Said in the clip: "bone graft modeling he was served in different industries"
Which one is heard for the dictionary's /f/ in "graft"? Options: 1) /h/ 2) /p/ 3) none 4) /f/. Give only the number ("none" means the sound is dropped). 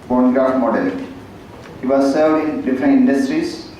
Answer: 3